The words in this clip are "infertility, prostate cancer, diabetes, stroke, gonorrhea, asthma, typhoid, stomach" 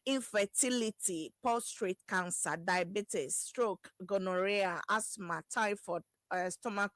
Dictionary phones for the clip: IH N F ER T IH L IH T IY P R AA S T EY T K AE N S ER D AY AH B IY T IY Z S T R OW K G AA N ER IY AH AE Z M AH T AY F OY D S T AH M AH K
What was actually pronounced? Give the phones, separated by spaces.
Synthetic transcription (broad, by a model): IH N F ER T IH L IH T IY P AA S T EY T K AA N S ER D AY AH B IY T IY S T R OW K G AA N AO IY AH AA S M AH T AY F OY S T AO M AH K